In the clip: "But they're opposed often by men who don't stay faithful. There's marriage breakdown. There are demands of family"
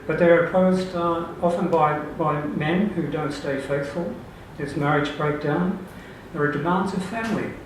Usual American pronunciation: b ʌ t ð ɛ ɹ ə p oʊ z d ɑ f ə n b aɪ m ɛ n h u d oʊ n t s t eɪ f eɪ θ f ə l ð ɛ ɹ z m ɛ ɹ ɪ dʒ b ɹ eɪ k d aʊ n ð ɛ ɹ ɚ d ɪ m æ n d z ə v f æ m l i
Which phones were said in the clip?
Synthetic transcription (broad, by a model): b ʌ t ð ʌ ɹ ə p oʊ z d ɑ f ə n b aɪ m ɛ n h u d oʊ n t s t eɪ f eɪ θ f ə l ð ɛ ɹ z m ɛ ɹ ɪ dʒ b ɹ eɪ k d aʊ n ð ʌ ɹ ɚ d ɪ m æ n d z ə v f æ m l i